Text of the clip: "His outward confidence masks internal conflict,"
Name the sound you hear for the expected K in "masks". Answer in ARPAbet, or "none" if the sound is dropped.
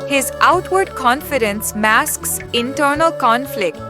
K